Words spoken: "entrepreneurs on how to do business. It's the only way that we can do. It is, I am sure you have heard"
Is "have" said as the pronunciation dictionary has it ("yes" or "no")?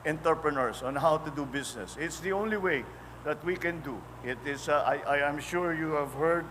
yes